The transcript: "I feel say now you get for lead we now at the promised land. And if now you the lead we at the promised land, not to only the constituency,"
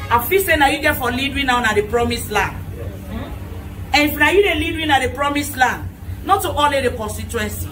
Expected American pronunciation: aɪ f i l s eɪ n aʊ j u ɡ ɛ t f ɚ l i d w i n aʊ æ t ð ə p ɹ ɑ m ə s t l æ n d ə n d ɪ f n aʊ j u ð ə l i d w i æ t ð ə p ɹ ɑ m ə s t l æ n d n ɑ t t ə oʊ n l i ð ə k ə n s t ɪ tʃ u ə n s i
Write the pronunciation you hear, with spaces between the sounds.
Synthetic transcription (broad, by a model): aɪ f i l s eɪ n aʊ j u ɡ ɛ t f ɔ l i d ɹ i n aʊ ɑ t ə p ɹ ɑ m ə s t l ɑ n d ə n ɪ f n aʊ j u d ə l i d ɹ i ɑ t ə p ɹ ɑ m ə s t l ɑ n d n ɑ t t ə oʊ l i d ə k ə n s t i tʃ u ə n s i